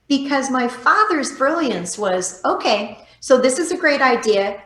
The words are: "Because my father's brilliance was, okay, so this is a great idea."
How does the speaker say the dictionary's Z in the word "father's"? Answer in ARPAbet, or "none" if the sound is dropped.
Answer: Z